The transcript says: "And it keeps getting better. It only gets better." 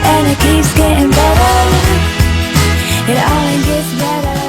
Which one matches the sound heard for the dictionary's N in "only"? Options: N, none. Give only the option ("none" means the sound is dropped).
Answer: none